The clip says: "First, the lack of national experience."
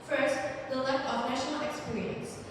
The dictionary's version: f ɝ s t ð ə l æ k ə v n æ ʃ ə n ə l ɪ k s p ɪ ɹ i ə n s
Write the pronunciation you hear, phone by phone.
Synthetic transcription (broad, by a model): f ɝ s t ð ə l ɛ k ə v n æ ʃ ə n ə l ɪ k s p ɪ ɹ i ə n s